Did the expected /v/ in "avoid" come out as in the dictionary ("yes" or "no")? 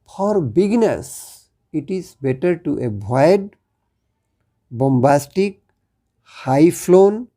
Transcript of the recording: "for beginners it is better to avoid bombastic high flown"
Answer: no